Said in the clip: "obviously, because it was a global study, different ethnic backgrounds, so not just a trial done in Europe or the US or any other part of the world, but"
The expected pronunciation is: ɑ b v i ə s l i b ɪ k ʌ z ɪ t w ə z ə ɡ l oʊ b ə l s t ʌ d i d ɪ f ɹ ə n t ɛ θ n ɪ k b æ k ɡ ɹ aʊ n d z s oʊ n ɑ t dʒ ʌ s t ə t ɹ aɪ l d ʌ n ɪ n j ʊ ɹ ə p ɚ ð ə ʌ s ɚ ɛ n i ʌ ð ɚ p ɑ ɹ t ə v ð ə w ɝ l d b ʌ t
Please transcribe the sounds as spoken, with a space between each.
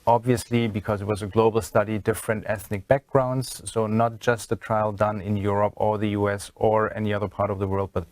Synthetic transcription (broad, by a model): ɑ b v i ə s l i b ɪ k ʌ z ɪ t w ə z ə ɡ l oʊ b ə l s t ʌ d i d ɪ f ɹ ə n t ɛ θ n ɪ k b æ k ɡ ɹ aʊ n d z s oʊ n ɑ t dʒ ʌ s t ə t ɹ aɪ l d ʌ n ɪ n j ʊ ɹ ə p ɚ ð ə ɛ s ɚ ɛ n i ʌ ð ɚ p ɑ ɹ t ə v ð ə w ɝ l d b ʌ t